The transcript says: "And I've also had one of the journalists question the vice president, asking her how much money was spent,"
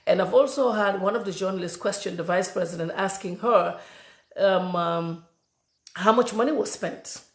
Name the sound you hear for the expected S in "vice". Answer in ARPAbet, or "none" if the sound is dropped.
S